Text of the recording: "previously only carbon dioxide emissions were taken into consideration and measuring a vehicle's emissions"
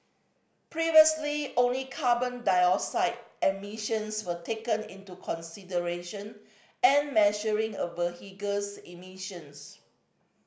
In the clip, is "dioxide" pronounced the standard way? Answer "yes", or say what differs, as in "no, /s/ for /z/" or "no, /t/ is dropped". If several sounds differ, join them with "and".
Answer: no, /k/ is dropped